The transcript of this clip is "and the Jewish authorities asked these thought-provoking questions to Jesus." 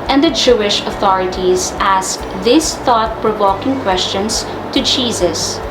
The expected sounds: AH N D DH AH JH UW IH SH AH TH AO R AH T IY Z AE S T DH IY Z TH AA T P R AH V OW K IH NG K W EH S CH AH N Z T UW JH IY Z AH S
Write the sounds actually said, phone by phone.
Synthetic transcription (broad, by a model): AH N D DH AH JH UW IH SH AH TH AO R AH T IY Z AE S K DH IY S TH AA T P R AH V OW K IH NG K W EH S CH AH N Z T UW JH IY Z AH S